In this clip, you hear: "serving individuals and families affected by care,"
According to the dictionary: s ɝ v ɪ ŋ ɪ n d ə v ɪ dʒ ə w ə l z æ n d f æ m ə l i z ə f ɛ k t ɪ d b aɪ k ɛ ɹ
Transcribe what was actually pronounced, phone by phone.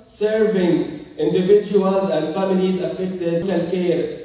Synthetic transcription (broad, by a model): s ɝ v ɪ ŋ ɪ n d ə v ɪ dʒ ə w ə l z æ n d f æ m ə l i z ə f ɛ k t ɪ d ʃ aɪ k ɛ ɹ